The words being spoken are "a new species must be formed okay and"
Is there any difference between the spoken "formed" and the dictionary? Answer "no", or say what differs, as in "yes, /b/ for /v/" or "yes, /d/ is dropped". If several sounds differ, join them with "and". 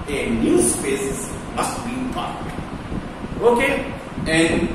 yes, /p/ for /f/